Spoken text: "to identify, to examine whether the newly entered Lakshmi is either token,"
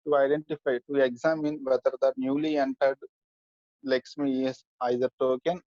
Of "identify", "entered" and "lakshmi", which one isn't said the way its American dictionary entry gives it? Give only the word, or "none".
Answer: lakshmi